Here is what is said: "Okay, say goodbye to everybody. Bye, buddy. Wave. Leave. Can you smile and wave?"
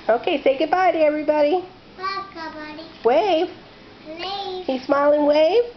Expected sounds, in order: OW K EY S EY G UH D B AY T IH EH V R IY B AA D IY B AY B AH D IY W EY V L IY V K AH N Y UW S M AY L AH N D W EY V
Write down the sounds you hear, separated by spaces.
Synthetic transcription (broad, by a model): OW K EY S EY G UH D B AY T IH EH V R IY B AA D IY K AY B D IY W EY V W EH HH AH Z S M AY L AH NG W EY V